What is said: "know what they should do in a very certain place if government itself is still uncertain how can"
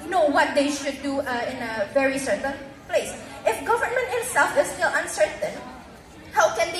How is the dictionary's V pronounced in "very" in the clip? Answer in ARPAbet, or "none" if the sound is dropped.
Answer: V